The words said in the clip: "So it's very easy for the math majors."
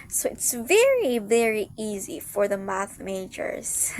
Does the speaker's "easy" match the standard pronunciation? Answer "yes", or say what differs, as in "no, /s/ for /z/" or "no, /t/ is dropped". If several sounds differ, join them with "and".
yes